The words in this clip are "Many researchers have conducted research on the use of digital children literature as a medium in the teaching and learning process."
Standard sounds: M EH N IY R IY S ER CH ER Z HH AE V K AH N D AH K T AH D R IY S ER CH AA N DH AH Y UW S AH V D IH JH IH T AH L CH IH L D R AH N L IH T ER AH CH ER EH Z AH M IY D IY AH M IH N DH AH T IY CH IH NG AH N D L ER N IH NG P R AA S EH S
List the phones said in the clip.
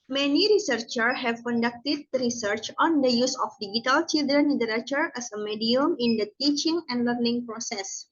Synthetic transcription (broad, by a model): M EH N IY R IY S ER CH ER HH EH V K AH N D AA K T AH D R IY S ER CH AA N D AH Y UW S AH F D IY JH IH T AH L CH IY L D R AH N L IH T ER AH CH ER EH S AH M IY D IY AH M IH N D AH T IY CH IH NG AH N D L ER N IH NG P R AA S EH S